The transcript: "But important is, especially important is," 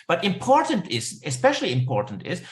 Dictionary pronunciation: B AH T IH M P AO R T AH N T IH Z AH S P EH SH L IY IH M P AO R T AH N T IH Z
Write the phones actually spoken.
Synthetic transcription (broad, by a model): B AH T IH M P AO R T AH N T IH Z AH S P EH SH L IY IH M P AO R T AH N T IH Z